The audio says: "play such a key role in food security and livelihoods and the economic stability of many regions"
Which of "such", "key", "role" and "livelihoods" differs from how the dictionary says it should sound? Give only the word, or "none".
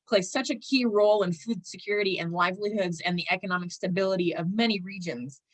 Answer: none